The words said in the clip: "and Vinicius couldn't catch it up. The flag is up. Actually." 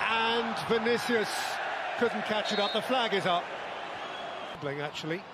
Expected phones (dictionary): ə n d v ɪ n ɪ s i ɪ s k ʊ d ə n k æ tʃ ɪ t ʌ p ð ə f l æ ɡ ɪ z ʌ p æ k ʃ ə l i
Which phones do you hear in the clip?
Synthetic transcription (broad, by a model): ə n v ɪ n ɪ s i ɪ s k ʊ d n k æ tʃ ɪ t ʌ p ð ə f l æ ɡ ɪ z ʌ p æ k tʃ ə l i